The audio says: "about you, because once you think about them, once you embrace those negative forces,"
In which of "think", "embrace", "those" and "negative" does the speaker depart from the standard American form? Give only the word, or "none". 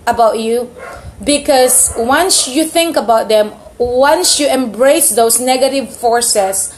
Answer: those